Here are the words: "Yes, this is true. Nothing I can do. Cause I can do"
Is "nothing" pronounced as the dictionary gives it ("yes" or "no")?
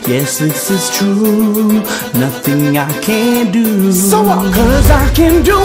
yes